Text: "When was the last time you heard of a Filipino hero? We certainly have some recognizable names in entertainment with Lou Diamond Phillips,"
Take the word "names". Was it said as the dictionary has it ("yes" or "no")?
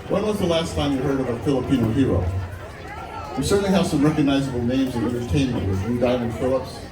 yes